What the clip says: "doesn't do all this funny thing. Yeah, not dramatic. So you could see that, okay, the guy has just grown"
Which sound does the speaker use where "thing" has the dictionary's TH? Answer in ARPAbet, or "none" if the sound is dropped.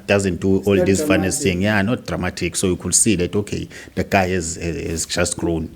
S